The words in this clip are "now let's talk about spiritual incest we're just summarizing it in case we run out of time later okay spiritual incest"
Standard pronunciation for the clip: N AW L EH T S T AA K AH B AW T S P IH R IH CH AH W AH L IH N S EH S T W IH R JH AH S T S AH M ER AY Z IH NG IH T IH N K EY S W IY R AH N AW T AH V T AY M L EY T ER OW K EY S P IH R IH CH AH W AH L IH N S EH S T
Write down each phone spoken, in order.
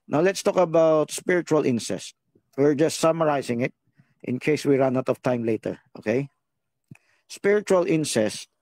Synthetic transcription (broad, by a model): N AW L EH T S T AA K AH B AW T S P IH R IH CH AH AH L IH N S EH S T W IH R JH AH S T S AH M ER AY S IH NG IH T IH N K EY S W IY R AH N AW T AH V T AY M L EY T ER OW K EY S P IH R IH CH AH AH L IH N S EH S T